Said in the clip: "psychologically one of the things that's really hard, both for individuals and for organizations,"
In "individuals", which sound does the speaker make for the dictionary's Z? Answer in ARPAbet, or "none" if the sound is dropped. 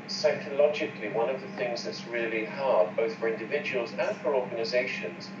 Z